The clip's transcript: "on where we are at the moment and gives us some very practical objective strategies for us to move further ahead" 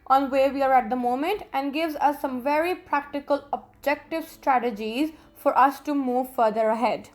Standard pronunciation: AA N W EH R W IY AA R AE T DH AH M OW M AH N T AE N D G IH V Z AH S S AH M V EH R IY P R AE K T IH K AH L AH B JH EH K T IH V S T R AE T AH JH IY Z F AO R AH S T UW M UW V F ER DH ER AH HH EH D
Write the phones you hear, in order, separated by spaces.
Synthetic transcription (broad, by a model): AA N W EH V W IY AA R AE T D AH M OW M AH N T AE N D G IH V Z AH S S AH M V EH R IY P R AE K T IH K AH L AH B JH EH K T IH V S T R AE T AH JH IY Z F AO R AH S T UW M UW V F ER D ER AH HH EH D